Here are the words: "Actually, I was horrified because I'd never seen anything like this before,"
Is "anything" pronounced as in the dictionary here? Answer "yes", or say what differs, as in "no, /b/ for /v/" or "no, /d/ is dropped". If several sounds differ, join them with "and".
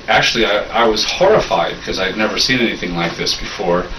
yes